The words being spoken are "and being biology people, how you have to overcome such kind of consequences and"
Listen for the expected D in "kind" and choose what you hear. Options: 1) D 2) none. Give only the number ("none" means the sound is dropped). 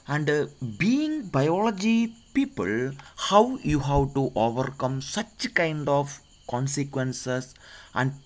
1